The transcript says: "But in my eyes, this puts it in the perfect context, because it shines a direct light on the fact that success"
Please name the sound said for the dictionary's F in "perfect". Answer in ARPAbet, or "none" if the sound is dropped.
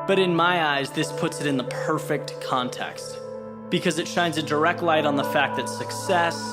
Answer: F